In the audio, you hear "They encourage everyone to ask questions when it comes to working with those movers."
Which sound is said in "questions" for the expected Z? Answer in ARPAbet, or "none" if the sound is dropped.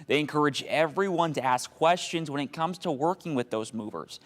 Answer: Z